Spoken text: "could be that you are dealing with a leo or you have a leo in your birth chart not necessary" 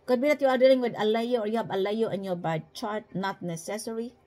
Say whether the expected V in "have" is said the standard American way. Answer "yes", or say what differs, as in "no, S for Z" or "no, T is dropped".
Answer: no, B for V